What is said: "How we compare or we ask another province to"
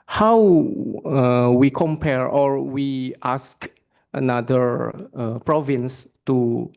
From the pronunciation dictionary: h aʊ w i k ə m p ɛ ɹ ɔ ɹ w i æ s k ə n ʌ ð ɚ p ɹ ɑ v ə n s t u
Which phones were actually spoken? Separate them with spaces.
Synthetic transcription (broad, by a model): h aʊ w i k ə m p ɛ ɹ ɔ ɹ w i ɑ s k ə n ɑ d ɚ p ɹ ɑ v ə n s t u